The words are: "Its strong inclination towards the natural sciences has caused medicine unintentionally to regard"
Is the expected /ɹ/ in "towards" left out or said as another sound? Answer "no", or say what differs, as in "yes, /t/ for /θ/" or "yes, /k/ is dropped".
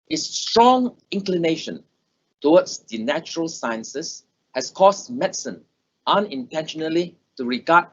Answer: yes, /w/ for /ɹ/